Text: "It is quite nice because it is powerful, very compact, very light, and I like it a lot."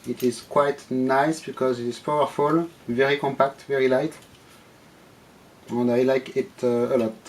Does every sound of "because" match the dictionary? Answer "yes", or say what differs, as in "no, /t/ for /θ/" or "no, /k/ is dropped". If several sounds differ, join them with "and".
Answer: yes